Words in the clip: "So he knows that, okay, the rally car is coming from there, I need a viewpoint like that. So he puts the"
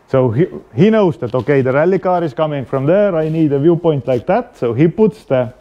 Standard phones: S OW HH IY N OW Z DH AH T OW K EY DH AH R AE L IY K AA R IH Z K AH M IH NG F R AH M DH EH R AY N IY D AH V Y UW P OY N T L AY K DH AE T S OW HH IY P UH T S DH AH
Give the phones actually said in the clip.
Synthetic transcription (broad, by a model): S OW HH IY N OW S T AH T OW K EY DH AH R AE L IY K AA R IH S K AH M IH NG F R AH M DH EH R AY N IY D AH V Y UW P OY N T L AY K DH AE T S OW HH IY P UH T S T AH